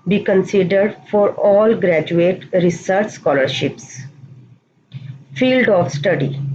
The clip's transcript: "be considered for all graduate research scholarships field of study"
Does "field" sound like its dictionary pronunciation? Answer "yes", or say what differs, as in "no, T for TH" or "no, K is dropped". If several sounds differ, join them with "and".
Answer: yes